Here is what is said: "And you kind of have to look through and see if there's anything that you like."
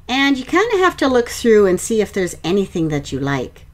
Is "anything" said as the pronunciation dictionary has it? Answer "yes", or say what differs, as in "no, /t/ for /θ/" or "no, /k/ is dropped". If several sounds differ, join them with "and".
yes